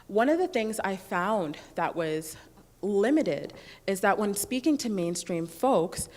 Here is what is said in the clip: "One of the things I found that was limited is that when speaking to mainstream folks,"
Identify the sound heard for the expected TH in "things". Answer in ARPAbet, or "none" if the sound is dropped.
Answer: TH